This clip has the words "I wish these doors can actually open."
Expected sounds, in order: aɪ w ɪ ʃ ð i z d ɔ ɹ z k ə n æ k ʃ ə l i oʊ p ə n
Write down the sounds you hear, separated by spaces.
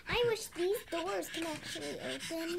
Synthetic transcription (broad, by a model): aɪ w ɪ ʃ ð i z d ɔ ɹ z k ə n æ k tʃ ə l i oʊ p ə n